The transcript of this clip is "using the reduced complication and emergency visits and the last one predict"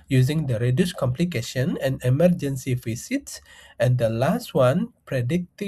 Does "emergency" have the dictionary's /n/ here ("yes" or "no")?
yes